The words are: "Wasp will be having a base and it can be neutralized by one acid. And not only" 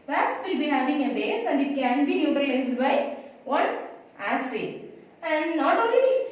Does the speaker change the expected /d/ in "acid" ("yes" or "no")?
yes